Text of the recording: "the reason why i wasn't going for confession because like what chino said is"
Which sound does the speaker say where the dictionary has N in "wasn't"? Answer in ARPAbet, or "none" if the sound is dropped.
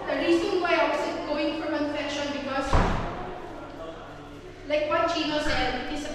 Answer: none